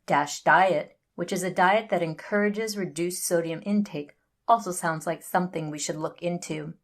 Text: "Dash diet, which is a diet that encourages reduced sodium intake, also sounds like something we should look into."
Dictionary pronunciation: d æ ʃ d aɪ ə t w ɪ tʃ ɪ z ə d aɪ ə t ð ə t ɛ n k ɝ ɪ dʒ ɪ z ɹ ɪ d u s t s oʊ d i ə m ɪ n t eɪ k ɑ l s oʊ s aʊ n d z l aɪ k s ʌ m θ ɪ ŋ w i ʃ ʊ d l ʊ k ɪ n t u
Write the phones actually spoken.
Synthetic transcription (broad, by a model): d æ ʃ d aɪ ə t w ɪ tʃ ɪ z ə d aɪ ə t ð ə t ɛ n k ɝ ɪ dʒ ɪ z ɹ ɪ d u s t s oʊ d i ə m ɪ n t eɪ k ɑ l s oʊ s aʊ n d z l aɪ k s ʌ m θ ɪ ŋ w i ʃ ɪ d l ʊ k ɪ n t u